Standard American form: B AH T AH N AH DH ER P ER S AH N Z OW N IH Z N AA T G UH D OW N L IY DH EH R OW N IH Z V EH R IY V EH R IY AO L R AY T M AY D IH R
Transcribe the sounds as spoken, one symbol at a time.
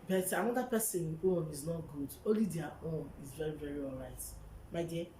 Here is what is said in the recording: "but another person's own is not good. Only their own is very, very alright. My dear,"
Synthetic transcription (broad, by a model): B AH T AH N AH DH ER P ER S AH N OW N IH Z N AA T G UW D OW L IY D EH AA OW N IH Z V EH R IY V EH R IY AO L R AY T M AY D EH